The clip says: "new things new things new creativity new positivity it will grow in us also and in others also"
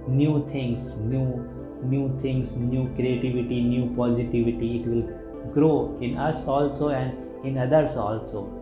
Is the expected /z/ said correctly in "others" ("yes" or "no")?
no